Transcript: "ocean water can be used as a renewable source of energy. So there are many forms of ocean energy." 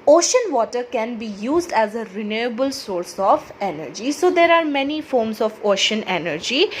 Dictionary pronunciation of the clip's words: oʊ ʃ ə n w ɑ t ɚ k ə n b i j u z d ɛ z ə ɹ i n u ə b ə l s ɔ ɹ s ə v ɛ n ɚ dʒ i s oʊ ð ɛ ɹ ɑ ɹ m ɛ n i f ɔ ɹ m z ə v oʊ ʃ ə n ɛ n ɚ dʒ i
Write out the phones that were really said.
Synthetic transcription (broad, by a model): oʊ ʃ ə n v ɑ t ɚ k ə n b i j u z d ɛ z ə ɹ i n u ə b ə l s ɔ ɹ s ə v ɛ n ɚ dʒ i s oʊ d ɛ ɹ ɑ ɹ m ɛ n i f ɔ ɹ m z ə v oʊ ʃ ə n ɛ n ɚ dʒ i